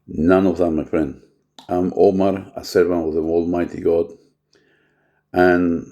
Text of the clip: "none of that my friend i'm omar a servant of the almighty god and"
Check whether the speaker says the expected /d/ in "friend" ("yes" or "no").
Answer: no